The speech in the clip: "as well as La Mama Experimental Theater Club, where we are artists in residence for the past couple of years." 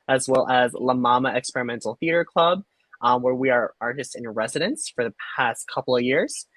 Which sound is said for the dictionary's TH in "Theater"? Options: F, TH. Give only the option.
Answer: TH